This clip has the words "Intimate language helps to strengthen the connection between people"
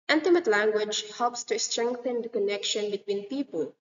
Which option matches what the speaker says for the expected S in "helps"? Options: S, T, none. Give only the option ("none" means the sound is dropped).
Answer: S